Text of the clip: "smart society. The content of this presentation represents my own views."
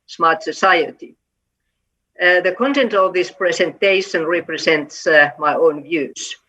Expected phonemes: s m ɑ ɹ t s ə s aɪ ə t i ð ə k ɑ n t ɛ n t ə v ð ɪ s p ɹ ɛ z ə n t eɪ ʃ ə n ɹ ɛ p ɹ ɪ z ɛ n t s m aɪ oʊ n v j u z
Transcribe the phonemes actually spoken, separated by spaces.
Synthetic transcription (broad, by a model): s m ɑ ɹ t s ə s aɪ ə t i ð ə k ɑ n t ɛ n t ə v ð ɪ s p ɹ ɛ s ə n t eɪ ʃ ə n ɹ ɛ p ɹ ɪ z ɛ n t s m aɪ oʊ n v j u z